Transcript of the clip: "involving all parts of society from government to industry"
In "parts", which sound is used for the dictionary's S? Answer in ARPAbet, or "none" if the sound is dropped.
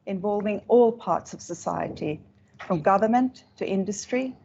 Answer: S